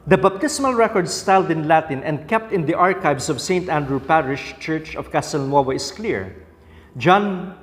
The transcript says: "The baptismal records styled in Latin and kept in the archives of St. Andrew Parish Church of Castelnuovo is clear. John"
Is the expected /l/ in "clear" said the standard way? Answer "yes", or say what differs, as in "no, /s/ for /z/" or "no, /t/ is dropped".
yes